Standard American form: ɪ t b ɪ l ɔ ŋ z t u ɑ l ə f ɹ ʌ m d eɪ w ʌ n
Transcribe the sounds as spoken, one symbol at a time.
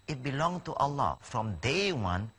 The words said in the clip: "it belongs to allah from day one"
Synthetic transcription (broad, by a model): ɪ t b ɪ l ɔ ŋ t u ɑ l ə f ɹ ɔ m d eɪ w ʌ n